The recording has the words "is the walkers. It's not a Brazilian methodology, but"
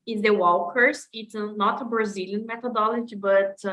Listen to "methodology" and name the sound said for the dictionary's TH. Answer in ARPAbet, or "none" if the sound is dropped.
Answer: T